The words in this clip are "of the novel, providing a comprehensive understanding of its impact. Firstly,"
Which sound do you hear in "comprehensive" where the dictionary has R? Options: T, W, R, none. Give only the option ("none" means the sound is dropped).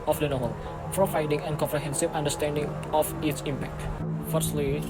R